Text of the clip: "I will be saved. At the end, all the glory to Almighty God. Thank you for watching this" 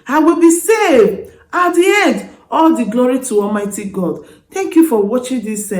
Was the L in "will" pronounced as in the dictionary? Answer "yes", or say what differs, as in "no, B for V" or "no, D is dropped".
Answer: yes